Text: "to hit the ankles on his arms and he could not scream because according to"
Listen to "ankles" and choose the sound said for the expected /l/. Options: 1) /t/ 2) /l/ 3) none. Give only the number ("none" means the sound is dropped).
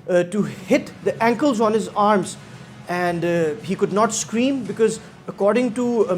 2